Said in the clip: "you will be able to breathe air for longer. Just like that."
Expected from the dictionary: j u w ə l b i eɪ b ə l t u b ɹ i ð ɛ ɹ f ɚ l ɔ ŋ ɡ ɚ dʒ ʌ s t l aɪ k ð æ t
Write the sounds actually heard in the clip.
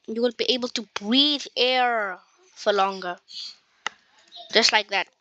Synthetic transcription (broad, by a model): j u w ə n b i eɪ b ə l t u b ɹ i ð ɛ ɹ f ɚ l ɔ ŋ ɡ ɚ dʒ ʌ s t l aɪ k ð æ t